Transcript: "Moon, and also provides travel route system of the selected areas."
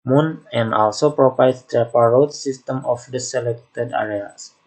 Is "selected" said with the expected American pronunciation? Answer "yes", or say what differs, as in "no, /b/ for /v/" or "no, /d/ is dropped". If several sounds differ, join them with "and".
yes